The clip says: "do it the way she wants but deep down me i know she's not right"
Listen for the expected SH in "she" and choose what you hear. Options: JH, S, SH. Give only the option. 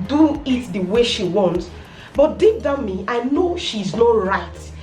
SH